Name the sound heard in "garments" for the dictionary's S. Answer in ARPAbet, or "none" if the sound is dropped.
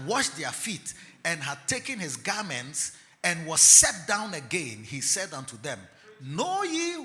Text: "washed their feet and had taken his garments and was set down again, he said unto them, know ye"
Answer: S